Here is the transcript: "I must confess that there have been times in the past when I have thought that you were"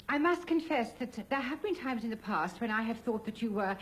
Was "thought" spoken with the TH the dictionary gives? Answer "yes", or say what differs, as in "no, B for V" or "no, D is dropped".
yes